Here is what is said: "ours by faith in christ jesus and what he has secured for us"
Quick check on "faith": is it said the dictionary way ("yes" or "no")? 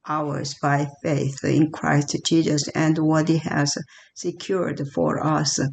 yes